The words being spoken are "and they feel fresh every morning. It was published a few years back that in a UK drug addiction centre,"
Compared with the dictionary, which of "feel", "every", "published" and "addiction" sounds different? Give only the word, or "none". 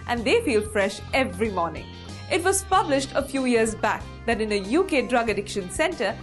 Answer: none